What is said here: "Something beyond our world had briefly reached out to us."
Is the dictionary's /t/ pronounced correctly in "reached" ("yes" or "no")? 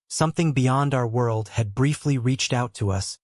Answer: yes